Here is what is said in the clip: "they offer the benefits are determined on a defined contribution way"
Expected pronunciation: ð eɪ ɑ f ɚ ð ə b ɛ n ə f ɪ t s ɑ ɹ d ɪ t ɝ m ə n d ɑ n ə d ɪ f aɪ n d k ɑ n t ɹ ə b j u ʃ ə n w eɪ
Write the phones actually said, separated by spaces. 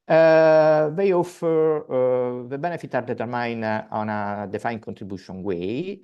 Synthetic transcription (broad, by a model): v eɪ ɑ f ɚ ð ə b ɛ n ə f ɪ t ɑ ɹ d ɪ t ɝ m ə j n ɑ n ə d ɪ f aɪ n k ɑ n t ɹ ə b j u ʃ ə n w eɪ